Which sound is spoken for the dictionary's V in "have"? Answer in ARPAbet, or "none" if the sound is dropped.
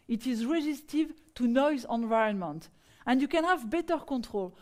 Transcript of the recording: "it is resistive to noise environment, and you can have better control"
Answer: V